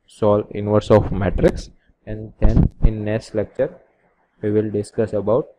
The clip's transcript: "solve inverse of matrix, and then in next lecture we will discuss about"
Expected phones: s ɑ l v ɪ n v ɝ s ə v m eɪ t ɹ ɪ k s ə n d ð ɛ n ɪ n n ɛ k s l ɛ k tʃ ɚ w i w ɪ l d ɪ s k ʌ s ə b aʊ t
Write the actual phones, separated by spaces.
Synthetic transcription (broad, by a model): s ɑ l ɪ n v ɝ s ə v m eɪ t ɹ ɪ k s ə n d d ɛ n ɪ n n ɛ s l ɛ k tʃ ɚ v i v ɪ l d ɪ s k ʌ s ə b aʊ t